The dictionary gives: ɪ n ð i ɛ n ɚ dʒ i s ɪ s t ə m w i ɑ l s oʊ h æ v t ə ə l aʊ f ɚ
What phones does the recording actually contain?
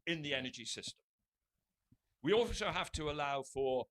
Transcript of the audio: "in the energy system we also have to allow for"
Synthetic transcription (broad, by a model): ɪ n ð i ɛ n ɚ dʒ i s ɪ s t ə m w i ɑ l s oʊ h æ f t ə ə l aʊ f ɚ